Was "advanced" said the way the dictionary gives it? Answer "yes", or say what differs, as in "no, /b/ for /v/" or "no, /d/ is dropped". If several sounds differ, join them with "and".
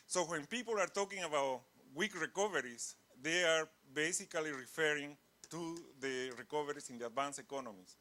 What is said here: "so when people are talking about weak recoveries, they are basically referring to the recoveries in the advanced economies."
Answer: no, /t/ is dropped